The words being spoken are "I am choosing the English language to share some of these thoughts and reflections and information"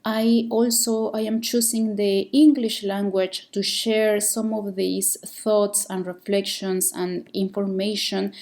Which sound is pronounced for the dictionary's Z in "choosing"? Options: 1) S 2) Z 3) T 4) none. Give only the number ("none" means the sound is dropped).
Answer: 1